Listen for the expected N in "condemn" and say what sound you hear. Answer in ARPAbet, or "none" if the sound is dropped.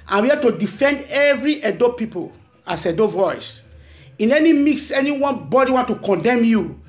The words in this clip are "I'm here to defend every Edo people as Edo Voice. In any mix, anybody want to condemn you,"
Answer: N